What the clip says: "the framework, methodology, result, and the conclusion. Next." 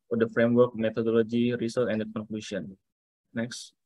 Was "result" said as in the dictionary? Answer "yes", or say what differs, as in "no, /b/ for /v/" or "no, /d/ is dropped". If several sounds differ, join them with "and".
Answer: no, /s/ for /z/ and /t/ is dropped